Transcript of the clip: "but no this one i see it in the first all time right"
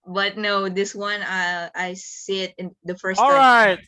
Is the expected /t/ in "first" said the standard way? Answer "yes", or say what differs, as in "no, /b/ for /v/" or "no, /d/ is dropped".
no, /t/ is dropped